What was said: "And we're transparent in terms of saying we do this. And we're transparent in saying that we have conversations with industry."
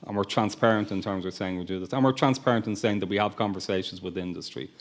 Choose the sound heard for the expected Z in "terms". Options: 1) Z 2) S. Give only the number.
1